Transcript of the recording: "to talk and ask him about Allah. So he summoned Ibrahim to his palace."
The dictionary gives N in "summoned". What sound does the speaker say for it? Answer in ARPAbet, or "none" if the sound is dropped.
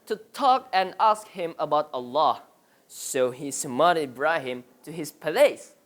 none